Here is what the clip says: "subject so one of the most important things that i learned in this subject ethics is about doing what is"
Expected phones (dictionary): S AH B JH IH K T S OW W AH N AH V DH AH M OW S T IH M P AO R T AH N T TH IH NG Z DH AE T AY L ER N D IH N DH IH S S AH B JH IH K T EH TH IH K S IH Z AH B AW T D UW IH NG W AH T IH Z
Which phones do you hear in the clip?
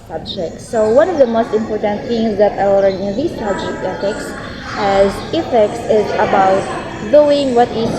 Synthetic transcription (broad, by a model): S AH B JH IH K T S OW W AH N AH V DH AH M OW S T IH M P AO R T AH N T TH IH NG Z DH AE T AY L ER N IH N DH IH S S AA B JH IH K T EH S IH K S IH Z AH B AW T D UW IH NG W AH T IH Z